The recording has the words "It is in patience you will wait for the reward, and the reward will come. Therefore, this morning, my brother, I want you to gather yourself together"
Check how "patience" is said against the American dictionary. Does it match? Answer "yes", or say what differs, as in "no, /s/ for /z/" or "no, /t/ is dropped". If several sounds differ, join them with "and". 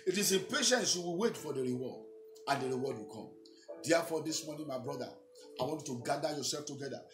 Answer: yes